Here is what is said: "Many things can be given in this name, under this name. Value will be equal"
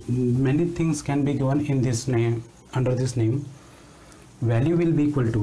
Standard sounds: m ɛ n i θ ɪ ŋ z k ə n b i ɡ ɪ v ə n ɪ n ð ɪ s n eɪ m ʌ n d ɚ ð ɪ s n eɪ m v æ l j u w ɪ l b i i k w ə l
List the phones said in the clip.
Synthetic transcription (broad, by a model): m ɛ n i t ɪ ŋ s k ə n b i ɡ ɪ v ə n ɪ n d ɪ s n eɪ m ʌ n d ɚ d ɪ s n eɪ m v æ l j u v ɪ l b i i k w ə l